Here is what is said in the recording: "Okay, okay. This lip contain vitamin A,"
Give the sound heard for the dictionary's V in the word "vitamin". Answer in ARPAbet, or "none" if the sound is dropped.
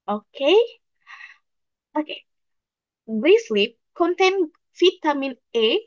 F